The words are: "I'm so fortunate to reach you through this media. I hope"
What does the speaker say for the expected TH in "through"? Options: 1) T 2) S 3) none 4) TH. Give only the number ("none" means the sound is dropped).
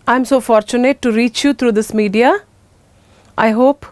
1